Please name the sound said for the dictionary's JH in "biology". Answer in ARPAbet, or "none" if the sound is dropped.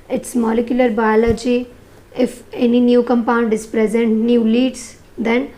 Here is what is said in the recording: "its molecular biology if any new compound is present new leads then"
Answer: JH